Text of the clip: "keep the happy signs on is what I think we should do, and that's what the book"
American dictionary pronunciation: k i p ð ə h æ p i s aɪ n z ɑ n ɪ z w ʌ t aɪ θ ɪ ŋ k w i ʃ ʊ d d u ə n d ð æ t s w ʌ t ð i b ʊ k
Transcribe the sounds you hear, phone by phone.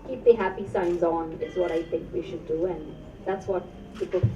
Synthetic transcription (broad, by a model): k i p ð ə h æ p i s aɪ n z n ɪ z w ʌ t aɪ θ ɪ ŋ k w i ʃ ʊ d d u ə n ð æ t s w ʌ t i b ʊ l